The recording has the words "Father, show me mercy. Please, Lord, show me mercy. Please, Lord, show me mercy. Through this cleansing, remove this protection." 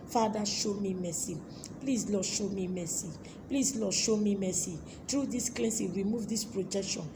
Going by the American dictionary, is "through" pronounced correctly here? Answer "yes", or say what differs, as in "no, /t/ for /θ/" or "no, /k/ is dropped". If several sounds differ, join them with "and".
no, /t/ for /θ/